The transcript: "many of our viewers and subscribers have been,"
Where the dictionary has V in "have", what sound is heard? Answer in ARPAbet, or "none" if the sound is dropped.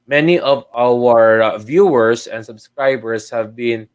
V